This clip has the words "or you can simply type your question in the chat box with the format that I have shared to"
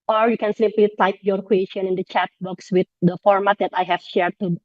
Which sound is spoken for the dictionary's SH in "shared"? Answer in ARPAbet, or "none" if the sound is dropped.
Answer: SH